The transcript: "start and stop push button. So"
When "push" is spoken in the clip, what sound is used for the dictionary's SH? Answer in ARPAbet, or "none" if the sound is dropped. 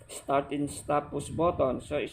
S